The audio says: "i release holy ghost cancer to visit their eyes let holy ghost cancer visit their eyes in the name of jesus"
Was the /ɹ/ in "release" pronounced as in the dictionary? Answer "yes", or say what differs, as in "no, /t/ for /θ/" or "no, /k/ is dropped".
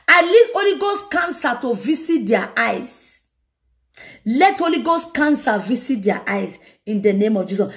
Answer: no, /l/ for /ɹ/